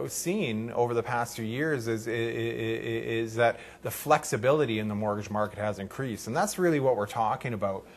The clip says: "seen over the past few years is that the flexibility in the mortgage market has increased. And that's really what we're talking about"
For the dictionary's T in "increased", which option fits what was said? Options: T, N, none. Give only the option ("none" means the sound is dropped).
T